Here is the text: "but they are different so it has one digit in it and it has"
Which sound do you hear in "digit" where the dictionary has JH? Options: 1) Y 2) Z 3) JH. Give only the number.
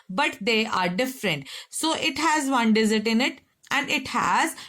2